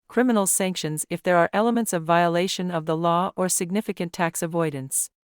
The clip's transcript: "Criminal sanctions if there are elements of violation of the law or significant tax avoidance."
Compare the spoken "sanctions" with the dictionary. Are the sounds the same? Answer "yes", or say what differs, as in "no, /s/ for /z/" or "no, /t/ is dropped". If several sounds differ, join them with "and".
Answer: yes